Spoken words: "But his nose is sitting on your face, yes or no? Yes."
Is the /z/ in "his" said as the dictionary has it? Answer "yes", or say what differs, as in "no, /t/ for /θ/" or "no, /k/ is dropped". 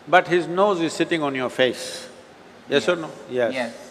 yes